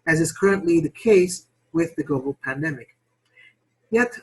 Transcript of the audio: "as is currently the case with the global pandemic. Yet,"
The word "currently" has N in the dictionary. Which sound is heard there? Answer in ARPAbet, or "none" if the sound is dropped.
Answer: N